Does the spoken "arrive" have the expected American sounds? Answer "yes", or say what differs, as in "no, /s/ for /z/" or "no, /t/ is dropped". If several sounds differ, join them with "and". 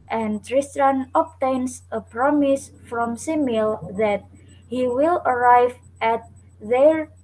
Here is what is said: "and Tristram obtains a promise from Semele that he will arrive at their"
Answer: yes